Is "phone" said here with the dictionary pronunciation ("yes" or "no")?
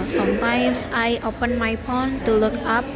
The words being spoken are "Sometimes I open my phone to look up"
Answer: no